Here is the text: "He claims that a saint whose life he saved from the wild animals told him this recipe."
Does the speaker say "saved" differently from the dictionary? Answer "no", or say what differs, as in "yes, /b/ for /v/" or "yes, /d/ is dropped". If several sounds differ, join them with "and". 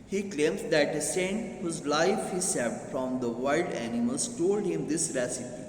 yes, /f/ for /v/